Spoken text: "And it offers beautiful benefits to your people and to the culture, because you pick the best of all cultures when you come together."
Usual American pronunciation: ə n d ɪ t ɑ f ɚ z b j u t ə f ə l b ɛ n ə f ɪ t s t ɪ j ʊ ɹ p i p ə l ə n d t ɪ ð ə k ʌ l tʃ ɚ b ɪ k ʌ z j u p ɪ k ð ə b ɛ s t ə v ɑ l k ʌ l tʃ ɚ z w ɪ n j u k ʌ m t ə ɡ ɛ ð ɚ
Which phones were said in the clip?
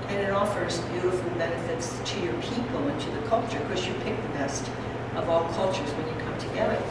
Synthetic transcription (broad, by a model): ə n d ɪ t ɑ f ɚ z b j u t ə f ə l b ɛ n ə f ɪ t s t ɪ j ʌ ɹ p i p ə l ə n t ɪ ð ə k ʌ l tʃ ɚ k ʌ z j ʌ p ɪ k ð ə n ɛ s t ə v ɑ l k ʌ l tʃ ɚ z w ɪ n j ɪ k ʌ m t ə ɡ ɛ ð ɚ